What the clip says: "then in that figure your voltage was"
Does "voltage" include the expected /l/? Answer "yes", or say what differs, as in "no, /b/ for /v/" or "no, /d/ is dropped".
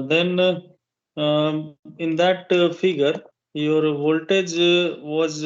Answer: yes